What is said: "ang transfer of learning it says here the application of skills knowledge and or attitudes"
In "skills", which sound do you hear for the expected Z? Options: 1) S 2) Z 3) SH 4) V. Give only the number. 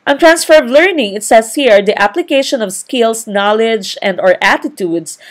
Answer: 1